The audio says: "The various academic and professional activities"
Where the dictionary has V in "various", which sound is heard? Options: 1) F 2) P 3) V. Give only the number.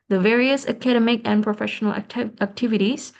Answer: 3